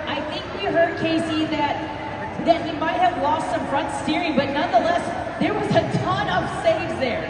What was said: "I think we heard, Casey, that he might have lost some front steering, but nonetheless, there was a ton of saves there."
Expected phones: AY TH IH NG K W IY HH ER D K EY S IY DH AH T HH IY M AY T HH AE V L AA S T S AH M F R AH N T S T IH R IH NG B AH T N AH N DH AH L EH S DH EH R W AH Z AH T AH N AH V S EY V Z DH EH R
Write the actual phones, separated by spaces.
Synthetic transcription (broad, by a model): AY TH IH NG K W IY HH ER D K EY S IY DH AH T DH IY M AY T HH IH V L AA S T S AH M F R AH N T S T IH R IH B AH T N AH N DH AH L EH S DH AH R W AH Z AH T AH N AH V S EY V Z DH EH R